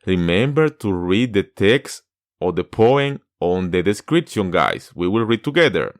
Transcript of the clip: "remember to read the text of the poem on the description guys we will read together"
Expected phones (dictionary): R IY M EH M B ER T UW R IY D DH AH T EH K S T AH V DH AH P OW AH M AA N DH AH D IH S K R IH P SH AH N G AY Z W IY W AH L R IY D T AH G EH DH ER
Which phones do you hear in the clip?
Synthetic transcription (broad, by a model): R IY M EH M B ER T UW R IY D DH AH T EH K S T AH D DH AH P OW AH M AA N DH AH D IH S K R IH P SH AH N G AY S W IY W AH L R IY D T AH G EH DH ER